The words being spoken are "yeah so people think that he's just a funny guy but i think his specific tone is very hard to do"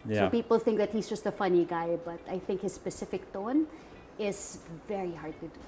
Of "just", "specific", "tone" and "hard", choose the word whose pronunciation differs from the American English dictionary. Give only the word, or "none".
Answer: none